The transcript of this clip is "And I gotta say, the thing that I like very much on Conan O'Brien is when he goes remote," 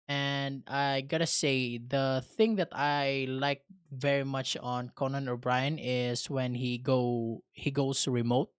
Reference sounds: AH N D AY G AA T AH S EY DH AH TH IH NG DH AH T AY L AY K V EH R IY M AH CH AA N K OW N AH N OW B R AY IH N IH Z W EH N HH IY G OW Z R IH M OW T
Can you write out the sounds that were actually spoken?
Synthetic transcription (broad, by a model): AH N D AY G AA T AH S EY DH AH TH IH NG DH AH T AY L AY K V EH R IY M AH CH AA N K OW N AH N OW B R AY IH N IH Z W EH N HH IY G OW S R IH M OW T